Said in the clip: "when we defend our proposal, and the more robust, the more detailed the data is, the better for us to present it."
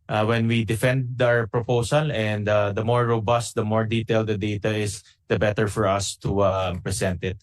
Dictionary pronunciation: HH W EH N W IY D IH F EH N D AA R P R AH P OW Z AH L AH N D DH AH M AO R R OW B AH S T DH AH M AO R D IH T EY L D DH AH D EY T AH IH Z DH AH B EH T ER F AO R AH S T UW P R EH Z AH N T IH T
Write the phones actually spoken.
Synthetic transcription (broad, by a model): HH W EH N W IY D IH F EH N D AA R P R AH P OW S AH L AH N D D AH M AO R R OW B AH S T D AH M AO R D IH T EY L D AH D EY T AH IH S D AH B EH T ER F AO R AH S T UW P R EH S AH N T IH T